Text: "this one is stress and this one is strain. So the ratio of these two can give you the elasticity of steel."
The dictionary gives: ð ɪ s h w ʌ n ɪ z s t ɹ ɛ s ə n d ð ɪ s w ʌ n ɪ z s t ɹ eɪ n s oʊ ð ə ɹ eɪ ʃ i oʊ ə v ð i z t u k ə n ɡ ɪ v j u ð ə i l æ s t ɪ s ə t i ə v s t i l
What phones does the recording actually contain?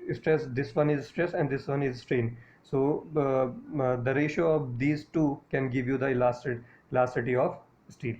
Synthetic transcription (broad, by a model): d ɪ s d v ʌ n ɪ z s t ɹ ɛ s ə n d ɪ s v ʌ n ɪ z s t ɹ eɪ n s oʊ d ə ɹ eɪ ʃ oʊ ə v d i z t u k ə n ɡ ɪ v j u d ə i l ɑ s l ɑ s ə t i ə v s t i l